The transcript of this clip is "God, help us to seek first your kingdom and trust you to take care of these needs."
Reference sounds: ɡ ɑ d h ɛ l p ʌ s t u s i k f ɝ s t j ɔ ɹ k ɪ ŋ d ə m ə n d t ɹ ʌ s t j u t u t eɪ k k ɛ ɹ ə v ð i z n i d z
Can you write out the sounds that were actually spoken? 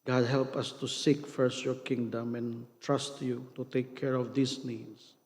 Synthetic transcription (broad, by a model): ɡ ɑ d h ɛ l p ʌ s t u s i k f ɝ s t j ɔ ɹ k ɪ ŋ d ə m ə n t ɹ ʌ s t j u t u t eɪ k k ɛ ɹ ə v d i s n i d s